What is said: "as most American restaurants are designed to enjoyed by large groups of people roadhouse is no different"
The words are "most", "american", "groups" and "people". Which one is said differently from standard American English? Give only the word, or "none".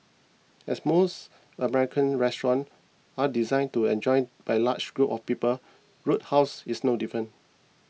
groups